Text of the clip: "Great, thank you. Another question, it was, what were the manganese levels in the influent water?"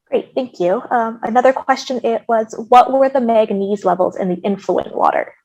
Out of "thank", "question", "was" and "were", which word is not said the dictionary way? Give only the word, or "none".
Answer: none